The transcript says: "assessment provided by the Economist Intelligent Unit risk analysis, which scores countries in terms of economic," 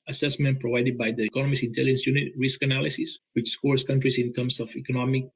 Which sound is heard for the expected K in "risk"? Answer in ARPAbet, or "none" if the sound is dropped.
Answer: K